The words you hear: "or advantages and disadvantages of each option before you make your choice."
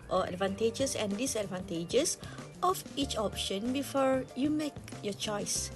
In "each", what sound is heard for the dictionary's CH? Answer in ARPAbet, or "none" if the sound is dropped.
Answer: CH